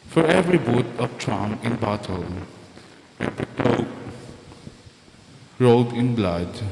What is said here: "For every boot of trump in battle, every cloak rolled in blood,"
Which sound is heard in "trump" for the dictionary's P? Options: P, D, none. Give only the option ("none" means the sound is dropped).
none